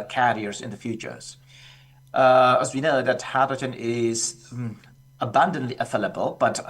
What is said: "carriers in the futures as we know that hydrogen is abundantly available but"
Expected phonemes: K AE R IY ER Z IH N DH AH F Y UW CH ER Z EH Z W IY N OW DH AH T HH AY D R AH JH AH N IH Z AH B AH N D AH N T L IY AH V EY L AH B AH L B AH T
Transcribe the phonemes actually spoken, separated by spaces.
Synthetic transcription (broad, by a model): K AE R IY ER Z IH N DH AH F Y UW CH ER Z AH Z W IY N OW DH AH T HH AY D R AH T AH N IH Z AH B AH N D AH N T L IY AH F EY L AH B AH L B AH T